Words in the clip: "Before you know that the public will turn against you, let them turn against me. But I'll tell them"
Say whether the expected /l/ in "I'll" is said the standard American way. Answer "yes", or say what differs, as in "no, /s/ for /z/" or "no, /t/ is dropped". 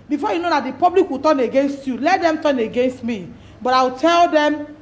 no, /w/ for /l/